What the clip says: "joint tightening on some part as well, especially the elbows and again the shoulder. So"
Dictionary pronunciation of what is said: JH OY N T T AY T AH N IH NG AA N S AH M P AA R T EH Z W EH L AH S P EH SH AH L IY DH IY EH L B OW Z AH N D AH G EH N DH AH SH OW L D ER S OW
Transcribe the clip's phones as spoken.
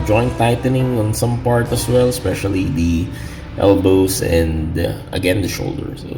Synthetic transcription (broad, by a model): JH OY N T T AY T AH N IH NG AA N S AH M P AA R T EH S W EH L AH S P EH SH AH L IY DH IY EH L B OW S AH N D AH G EH N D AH SH OW L D ER S